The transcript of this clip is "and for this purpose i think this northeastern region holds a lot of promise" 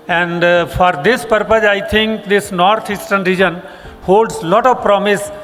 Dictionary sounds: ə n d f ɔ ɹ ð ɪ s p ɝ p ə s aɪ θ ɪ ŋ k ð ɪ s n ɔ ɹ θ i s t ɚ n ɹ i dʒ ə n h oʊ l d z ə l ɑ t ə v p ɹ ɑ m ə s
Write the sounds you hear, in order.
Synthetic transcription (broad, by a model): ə n d f ɔ ɹ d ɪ s p ɝ p ə s aɪ t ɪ ŋ k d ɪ s n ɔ ɹ t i s t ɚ n ɹ i dʒ ə n h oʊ l d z l ɑ t ə v p ɹ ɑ m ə s